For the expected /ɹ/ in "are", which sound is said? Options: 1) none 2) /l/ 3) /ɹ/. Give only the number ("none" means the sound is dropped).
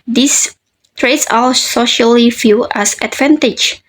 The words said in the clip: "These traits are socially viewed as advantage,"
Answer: 2